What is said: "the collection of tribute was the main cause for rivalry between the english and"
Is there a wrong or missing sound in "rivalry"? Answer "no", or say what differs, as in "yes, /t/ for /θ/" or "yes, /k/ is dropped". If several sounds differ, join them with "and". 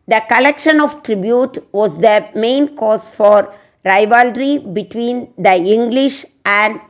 no